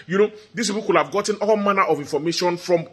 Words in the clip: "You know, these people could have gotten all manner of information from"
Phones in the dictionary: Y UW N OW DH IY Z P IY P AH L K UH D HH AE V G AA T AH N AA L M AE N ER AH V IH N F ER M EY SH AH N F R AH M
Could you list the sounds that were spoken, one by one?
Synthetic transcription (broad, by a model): Y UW N OW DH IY S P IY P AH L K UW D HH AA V G AA T AH N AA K M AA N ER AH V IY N F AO M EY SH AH N F R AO M